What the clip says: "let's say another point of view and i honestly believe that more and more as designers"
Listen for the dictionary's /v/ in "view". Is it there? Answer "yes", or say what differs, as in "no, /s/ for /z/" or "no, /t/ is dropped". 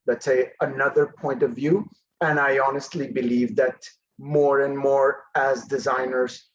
yes